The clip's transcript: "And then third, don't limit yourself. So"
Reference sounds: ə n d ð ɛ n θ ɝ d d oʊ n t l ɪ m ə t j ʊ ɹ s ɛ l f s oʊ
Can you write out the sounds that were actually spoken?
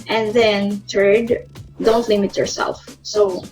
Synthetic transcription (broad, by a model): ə n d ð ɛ n t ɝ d d oʊ n t l ɪ m ə t j ʊ ɹ s ɛ l f s oʊ